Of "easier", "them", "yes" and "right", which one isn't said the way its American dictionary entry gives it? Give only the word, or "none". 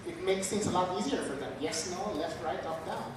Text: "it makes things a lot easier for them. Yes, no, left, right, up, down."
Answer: none